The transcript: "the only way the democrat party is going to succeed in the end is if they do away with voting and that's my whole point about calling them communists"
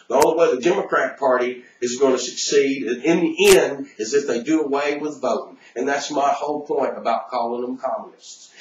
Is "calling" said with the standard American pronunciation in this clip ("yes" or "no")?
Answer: yes